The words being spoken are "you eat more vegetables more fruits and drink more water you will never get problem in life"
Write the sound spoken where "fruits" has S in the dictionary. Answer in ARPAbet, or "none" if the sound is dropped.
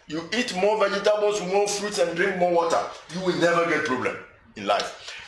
none